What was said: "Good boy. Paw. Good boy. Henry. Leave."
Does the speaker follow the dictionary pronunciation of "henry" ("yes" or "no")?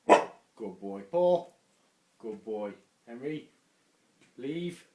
yes